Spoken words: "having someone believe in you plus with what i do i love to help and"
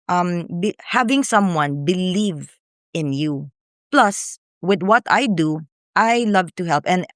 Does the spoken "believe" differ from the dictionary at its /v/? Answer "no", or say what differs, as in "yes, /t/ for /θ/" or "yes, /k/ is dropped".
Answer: no